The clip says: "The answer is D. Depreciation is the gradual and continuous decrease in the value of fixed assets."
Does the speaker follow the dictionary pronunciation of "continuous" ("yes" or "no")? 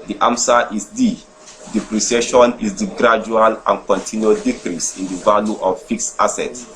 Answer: no